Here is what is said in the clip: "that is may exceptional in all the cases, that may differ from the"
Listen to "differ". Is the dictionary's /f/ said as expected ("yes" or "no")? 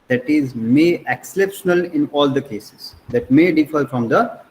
yes